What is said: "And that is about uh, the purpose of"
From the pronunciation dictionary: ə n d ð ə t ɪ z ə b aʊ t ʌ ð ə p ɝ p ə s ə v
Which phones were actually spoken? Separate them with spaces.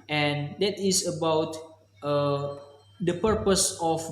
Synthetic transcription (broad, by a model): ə n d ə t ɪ s ə b aʊ t ʌ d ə p ɝ p ə s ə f